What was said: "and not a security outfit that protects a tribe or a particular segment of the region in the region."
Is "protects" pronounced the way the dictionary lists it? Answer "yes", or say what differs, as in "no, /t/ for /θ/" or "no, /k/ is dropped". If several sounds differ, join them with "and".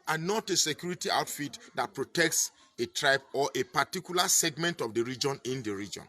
yes